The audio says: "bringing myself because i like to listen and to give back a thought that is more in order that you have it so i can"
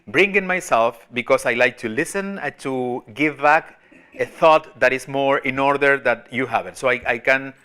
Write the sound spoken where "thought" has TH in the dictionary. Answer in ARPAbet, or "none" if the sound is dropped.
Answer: TH